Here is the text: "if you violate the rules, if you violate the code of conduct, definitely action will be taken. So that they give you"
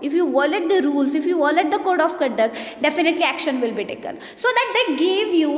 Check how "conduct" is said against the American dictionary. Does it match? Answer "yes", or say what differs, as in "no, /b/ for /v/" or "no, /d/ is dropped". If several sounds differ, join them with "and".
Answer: no, /n/ is dropped